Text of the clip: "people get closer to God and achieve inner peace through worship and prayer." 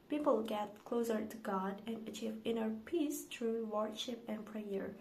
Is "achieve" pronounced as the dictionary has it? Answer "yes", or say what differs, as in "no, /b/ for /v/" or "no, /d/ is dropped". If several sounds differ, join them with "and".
yes